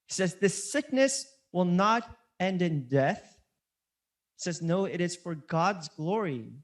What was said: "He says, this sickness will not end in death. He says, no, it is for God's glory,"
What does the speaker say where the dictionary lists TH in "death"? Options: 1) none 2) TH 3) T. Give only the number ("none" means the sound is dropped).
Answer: 2